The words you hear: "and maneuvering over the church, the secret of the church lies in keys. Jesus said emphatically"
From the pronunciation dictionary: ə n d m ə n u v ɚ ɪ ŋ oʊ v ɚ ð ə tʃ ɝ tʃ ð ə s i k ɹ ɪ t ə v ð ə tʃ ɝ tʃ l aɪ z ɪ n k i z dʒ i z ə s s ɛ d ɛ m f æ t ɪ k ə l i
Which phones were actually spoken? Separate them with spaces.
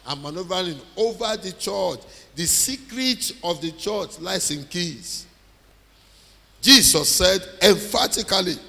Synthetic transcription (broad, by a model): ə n m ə n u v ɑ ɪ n oʊ v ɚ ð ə tʃ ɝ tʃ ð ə s i k ɹ ɪ t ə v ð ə tʃ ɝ tʃ l aɪ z ɪ n k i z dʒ i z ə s s ɛ d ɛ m f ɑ t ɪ k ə l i